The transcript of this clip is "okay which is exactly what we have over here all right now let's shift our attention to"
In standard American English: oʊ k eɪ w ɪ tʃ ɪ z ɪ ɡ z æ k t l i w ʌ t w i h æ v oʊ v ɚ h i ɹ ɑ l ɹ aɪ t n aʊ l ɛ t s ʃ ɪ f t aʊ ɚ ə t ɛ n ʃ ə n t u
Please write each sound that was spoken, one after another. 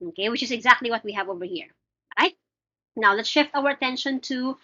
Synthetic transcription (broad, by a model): oʊ k eɪ w ɪ tʃ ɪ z ɪ ɡ z æ k t l i w ʌ t w i h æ v oʊ v ɚ h i ɹ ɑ ɹ aɪ t n aʊ l ɛ t s ʃ ɪ f t aʊ ɚ ə t ɛ n ʃ ə n t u